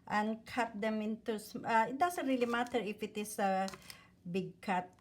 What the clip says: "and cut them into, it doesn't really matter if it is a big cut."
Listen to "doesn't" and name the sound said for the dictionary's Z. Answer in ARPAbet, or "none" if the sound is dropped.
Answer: S